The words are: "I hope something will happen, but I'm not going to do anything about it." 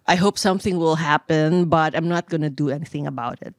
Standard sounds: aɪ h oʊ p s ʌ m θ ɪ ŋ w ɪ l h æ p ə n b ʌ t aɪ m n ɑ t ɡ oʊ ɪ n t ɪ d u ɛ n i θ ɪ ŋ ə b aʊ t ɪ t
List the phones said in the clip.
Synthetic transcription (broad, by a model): aɪ h oʊ p s ʌ m θ ɪ ŋ w ɪ l h æ p ə n b ʌ t aɪ m n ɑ t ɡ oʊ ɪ n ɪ d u ɛ n i θ ɪ ŋ ə b aʊ t ɪ t